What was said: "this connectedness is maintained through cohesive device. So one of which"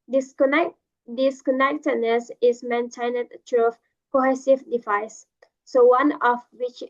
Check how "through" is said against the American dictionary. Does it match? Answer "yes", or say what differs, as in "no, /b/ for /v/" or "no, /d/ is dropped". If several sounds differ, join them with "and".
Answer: no, /t/ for /θ/